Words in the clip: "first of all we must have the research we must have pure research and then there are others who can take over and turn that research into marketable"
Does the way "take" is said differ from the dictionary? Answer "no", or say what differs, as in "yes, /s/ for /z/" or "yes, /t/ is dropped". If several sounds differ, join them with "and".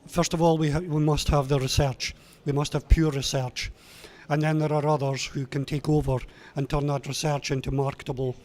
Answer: no